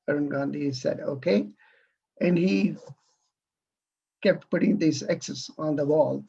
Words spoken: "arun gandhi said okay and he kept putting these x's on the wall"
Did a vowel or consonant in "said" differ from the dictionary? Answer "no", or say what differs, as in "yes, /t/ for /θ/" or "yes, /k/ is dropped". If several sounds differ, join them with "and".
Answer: no